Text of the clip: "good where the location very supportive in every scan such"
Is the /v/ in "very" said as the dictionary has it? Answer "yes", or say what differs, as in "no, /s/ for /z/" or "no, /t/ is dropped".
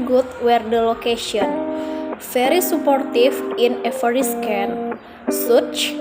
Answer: no, /f/ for /v/